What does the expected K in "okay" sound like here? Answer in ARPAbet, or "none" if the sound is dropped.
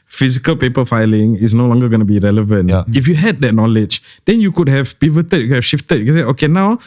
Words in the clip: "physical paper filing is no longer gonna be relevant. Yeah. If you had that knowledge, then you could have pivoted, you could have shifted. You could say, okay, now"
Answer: K